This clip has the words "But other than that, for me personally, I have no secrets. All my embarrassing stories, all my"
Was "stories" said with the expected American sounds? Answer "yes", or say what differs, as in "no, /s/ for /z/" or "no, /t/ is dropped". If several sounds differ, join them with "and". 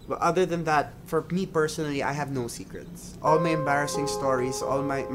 no, /s/ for /z/